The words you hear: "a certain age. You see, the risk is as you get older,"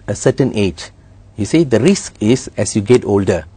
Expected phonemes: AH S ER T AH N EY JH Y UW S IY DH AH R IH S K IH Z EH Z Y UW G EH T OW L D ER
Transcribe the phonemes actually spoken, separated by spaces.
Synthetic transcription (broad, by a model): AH S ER T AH N EY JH Y UW S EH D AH R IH S K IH S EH S Y UW G EH T OW L D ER